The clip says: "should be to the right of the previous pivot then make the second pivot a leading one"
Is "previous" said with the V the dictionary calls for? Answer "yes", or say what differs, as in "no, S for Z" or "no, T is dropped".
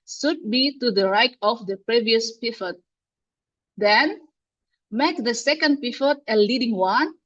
yes